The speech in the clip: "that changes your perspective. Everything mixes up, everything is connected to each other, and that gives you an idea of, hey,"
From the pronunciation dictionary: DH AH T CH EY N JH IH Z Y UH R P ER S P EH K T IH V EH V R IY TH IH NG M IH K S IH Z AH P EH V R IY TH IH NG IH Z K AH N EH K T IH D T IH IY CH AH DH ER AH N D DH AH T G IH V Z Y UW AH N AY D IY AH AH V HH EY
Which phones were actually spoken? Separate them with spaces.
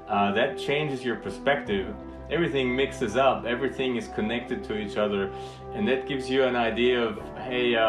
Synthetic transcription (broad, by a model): DH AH T CH EY N JH IH Z Y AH R P ER S P EH K T IH V EH V R IY TH IH NG M IH K S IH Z AH P EH V R IY TH IH NG IH Z K AH N EH K T IH D T IH IY CH AH DH ER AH N DH AH T G IH V Z Y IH AH N AY D IY AH AH V HH EY